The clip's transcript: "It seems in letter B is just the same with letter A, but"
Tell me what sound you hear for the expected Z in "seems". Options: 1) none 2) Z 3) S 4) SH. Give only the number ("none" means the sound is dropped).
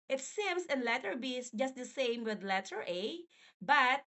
3